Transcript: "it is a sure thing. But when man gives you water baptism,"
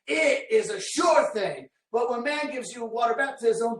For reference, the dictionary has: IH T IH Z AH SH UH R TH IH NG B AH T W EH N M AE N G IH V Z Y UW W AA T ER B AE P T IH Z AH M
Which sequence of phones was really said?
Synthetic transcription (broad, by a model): IH T IH Z AH SH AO R TH IH NG B AH T W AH N M AE N G IH V Z Y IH W AA T ER B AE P T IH Z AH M